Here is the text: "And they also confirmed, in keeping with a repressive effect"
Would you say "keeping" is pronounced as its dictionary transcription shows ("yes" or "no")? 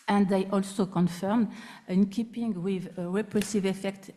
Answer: yes